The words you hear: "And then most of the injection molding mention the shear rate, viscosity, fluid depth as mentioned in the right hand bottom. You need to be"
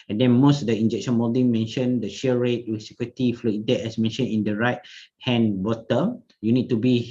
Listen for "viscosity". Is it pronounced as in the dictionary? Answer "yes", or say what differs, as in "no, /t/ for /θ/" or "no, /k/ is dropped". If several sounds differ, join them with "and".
no, /w/ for /v/ and /k/ is dropped